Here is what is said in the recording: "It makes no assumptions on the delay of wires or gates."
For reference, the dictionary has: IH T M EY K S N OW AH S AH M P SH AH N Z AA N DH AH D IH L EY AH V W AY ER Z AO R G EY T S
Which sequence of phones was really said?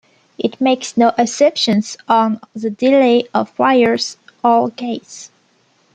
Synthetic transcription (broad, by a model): IH T M EY K S N OW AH S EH P SH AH N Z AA N DH AH D IH L EY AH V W AY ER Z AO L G EY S